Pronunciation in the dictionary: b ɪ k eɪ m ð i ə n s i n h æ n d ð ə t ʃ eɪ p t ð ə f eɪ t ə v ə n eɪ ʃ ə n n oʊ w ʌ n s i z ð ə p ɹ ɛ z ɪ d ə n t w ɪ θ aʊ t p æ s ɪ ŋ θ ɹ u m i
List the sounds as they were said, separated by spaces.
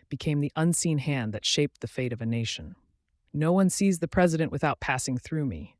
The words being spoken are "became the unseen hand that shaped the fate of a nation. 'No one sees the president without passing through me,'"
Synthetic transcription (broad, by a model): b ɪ k eɪ m ð i ə n s i n h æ n ð ə t ʃ eɪ p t ð ə f eɪ t ə v ə n eɪ ʃ ə n n oʊ w ʌ n s i z ð ə p ɹ ɛ z ɪ d ə n t w ɪ θ aʊ t p æ s ɪ ŋ θ ɹ u m i